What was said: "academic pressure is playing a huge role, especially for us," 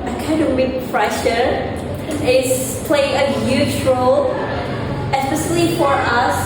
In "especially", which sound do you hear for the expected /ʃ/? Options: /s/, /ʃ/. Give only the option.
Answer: /s/